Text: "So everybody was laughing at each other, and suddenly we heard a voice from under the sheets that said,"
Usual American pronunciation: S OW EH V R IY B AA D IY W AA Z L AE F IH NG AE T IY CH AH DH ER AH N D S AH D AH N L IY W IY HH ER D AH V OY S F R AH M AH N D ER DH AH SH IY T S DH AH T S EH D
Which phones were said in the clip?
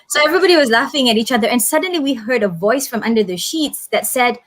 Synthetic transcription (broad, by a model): S OW EH V R IY B AA D IY W AA Z L AE F IH NG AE T IY CH AH DH ER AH N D S AH D AH N L IY W IY HH ER D AH V OY S F R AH M AH N D ER DH AH SH IY T S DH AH T S EH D